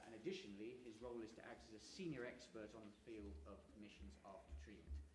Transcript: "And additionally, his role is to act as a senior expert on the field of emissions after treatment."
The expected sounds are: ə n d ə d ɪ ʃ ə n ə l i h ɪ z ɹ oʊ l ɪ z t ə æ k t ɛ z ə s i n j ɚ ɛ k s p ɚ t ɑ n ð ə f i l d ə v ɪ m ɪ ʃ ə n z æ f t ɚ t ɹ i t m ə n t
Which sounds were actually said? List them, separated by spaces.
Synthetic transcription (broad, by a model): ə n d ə d ɪ ʃ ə n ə l i ɪ z ɹ oʊ l ɪ z t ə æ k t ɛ s ə s i n j ɚ ɛ k s p ɚ t n ð ə f i l d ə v ɪ m ɪ ʃ ə n z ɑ f t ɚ t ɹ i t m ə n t